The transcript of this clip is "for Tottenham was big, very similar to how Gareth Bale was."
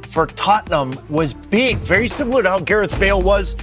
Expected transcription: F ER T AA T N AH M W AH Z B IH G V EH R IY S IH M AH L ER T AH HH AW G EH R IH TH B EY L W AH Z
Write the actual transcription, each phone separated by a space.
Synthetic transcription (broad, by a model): F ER T AA T N AH M W AH Z B IH G V EH R IY S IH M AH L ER T AH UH G EH R IH TH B EY L W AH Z